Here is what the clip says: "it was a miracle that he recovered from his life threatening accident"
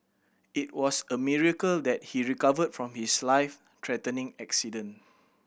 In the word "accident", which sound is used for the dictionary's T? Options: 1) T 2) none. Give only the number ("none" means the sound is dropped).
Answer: 2